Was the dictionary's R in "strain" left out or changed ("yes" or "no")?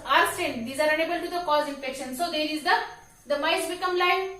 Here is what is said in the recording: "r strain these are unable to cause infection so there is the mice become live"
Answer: yes